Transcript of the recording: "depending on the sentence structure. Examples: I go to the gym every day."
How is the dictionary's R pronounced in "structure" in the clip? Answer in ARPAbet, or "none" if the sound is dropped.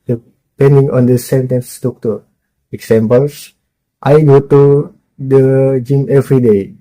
none